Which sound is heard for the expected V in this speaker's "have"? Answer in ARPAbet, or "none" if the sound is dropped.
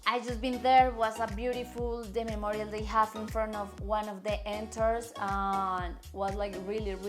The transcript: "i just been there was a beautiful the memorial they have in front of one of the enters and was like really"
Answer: F